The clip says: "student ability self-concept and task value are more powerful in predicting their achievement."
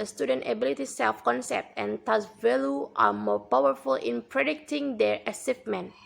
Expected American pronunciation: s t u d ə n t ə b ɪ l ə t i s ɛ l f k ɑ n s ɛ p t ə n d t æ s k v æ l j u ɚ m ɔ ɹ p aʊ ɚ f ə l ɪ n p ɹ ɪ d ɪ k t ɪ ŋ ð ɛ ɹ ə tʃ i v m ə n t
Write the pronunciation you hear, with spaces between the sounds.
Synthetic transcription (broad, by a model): s t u d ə n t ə b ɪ l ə t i s ɛ l f k ɑ n s ɛ p t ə n t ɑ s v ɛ l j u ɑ m ɔ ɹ p aʊ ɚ f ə l ɪ n p ɹ ɪ d ɪ k t ɪ ŋ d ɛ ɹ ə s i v m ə n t